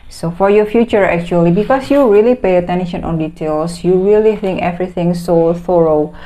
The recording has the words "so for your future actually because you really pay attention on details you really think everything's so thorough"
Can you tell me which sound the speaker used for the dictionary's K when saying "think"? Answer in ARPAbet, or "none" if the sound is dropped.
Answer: K